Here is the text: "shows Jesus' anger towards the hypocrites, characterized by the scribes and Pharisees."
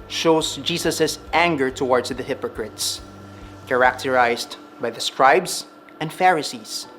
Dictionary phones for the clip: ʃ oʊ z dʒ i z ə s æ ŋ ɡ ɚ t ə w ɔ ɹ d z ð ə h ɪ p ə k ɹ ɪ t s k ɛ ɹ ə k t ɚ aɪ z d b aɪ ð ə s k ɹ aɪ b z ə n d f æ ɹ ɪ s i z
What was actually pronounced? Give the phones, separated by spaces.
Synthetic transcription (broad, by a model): ʃ oʊ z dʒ i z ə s æ ŋ ɡ ɚ t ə w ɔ ɹ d s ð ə h ɪ p ə k ɹ ɪ t s k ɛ ɹ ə k t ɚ aɪ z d b aɪ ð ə s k ɹ aɪ b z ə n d f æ ɹ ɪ s i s